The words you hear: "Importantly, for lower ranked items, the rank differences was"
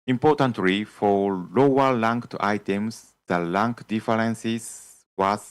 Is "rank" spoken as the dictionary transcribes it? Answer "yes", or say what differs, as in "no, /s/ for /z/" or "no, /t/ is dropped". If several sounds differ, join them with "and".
no, /l/ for /ɹ/